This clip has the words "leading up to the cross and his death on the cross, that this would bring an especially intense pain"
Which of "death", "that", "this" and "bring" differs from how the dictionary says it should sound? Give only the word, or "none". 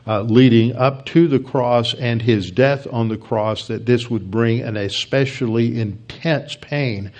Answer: none